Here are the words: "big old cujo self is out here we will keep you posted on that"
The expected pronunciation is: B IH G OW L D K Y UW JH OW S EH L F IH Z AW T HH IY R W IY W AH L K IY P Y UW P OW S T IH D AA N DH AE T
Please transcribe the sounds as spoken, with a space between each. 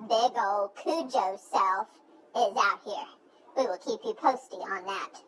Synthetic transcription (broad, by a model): B IH G OW L D K UW JH OW S EH L F IH Z AW T HH IY R W IY W AH L K IY P Y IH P OW S T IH AH N DH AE T